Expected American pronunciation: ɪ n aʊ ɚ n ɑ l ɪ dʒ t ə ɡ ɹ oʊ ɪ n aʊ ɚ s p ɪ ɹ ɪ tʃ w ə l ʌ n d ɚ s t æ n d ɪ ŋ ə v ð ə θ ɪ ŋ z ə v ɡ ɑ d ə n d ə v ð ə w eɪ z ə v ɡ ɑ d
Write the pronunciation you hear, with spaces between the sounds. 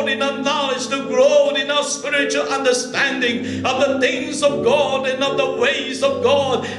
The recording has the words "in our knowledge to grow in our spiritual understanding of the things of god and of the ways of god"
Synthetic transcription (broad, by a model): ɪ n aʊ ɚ n ɑ l ɪ dʒ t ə ɡ ɹ oʊ ɪ n aʊ ɚ s p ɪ ɹ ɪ tʃ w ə l ʌ n d ɚ s t æ n d ɪ ŋ ə v ð ə θ ɪ ŋ z ə v ɡ ɑ d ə n ə v ð ə w eɪ z ə v ɡ ɑ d